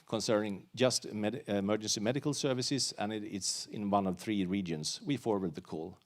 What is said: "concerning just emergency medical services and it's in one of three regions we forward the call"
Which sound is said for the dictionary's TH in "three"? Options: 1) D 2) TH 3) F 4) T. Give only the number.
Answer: 2